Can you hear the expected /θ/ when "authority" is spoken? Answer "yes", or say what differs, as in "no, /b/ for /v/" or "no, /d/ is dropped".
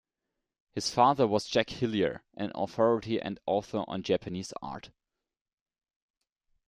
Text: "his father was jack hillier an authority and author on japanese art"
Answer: yes